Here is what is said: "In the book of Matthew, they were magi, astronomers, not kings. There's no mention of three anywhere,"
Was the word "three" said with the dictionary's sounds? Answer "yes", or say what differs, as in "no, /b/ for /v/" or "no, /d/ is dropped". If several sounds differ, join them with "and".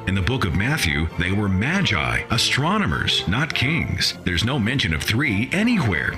yes